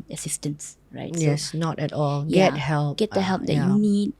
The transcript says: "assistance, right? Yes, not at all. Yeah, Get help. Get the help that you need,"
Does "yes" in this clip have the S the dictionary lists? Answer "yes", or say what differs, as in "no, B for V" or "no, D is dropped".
yes